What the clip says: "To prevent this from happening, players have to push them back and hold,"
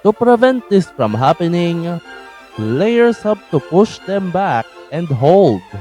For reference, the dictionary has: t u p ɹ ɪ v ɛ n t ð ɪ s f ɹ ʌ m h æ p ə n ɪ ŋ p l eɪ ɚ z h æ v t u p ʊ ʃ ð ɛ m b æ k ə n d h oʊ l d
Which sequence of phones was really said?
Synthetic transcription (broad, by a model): t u p ɹ ɪ v ɛ n t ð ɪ s f ɹ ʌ m h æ p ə n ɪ ŋ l l eɪ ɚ s h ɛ p t u p ʊ ʃ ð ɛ m b æ k ə n d h oʊ l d